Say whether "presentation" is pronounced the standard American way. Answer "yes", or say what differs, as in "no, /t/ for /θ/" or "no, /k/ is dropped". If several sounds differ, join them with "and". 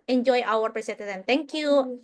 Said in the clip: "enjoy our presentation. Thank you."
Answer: no, /s/ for /z/ and /s/ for /ʃ/